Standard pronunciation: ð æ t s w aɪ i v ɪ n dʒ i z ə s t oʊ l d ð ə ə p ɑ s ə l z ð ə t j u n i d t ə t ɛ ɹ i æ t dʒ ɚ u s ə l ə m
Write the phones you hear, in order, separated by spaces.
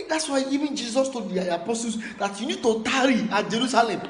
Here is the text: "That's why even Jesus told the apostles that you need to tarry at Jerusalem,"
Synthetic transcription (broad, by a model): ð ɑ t s w aɪ i v ɪ n dʒ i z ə s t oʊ d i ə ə p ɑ s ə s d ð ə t j u n i d t ə t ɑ ɹ i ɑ dʒ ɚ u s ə l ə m